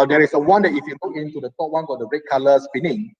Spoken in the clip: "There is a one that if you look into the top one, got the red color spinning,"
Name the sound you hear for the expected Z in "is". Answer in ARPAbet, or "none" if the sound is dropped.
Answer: S